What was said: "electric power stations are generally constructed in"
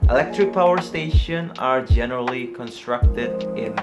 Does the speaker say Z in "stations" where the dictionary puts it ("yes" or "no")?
no